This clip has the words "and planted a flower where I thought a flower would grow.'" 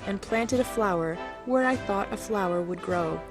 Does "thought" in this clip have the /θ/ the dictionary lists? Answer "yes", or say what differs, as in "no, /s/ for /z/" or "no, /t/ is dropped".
yes